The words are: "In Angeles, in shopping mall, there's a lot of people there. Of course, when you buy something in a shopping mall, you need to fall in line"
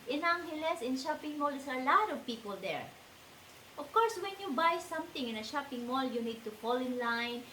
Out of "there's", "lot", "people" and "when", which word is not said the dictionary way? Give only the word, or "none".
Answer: there's